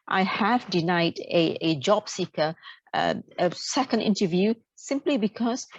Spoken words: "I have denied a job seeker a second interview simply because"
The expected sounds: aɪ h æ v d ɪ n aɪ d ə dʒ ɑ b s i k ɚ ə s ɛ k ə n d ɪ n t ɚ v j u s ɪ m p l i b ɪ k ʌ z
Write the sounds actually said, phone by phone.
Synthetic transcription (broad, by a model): aɪ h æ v d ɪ n aɪ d ə dʒ ɑ b s i k ɚ ə s ɛ k ə n d ɪ n t ɚ v j u s ɪ m p l i b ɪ k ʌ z